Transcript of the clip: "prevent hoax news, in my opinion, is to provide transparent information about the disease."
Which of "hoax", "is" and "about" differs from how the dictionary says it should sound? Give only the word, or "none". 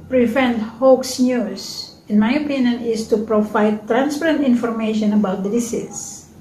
is